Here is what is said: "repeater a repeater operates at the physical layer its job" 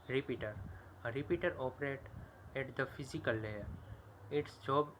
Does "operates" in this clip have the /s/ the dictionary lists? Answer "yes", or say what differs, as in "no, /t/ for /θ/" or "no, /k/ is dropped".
no, /s/ is dropped